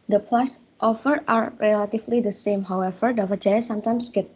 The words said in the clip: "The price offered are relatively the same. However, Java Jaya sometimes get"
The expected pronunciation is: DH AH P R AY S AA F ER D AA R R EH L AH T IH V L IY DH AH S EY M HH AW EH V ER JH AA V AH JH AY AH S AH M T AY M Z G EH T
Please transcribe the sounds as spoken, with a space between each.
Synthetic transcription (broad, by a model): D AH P L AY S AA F ER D AA R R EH L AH T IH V L IY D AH S EY M HH AW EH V ER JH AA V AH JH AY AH S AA M T AY M S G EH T